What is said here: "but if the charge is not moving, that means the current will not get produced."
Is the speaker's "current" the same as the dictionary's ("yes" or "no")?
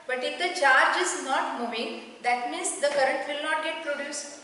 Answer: yes